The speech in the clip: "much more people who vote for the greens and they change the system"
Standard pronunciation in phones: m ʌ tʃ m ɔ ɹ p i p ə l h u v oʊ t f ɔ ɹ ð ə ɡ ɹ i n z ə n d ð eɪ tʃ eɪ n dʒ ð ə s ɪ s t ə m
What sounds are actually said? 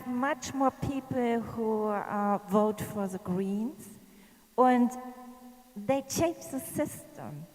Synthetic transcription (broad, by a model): m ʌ tʃ m ɔ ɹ p i p l h u v oʊ t f ɔ ɹ ð ə ɡ ɹ i n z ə n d ð eɪ tʃ eɪ n dʒ ð ə s ɪ s t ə m